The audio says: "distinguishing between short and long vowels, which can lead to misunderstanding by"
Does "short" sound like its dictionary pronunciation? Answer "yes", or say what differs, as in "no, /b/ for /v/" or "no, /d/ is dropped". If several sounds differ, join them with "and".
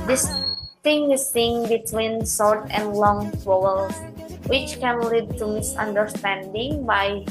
no, /s/ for /ʃ/